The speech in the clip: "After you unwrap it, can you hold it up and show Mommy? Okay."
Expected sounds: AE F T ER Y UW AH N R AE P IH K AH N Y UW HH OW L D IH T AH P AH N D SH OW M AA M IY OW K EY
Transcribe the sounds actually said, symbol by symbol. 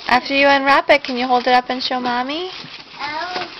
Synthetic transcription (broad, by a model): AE F T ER Y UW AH N R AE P IH K AH N Y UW HH OW L D IH T AH P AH N SH OW M AA M IY